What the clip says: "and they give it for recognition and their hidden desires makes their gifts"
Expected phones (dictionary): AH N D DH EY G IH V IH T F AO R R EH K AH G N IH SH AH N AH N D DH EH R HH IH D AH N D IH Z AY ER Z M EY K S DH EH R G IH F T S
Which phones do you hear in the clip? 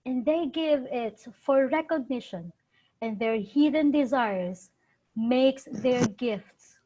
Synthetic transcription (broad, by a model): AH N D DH EY G IH V IH T F AO R R EH K AH G N IH SH AH N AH N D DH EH R HH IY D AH N D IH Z AY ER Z M EY K S DH EH R G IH F T S